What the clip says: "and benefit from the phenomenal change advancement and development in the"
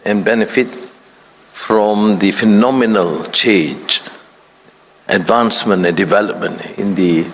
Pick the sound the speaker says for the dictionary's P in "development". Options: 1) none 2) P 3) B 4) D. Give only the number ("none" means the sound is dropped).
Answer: 2